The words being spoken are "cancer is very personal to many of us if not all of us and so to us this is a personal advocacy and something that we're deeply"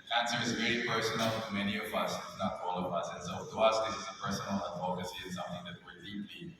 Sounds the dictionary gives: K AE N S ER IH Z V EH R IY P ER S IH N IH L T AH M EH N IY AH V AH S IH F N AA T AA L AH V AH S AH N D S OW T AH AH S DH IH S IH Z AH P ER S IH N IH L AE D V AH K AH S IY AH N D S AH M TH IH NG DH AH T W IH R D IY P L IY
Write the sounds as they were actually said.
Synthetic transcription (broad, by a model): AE N S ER IH Z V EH IY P ER S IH N L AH M EH N IY AH V AH S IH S N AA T AA L AH V AH S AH N S OW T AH AH S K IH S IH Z AH P ER S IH N L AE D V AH K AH S IY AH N S AH M TH IH NG DH AH T W IH R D IY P L IY